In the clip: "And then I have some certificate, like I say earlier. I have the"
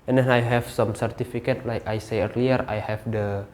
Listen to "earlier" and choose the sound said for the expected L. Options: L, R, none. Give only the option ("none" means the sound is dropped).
L